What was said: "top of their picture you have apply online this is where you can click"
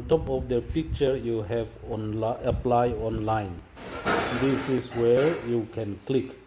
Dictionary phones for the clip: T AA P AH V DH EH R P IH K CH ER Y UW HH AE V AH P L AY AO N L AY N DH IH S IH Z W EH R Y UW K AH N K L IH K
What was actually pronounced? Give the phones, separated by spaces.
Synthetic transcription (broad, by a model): T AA P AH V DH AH P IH K CH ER Y UW HH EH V AH P L AY AO N L AY N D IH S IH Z W EH R Y UW K AH N K L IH K